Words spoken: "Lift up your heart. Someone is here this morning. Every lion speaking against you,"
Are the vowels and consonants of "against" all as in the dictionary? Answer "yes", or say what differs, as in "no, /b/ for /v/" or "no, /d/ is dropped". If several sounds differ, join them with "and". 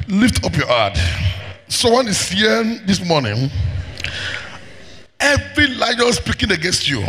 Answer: yes